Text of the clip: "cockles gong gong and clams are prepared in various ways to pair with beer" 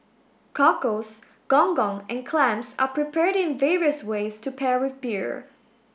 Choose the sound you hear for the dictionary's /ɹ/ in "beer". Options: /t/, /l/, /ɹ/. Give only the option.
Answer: /ɹ/